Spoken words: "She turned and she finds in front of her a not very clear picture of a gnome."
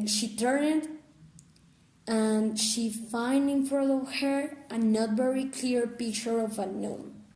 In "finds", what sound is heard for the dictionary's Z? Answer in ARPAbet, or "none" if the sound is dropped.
none